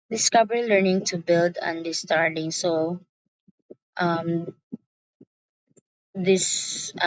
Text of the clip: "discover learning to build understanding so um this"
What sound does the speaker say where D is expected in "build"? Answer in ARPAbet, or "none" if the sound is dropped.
D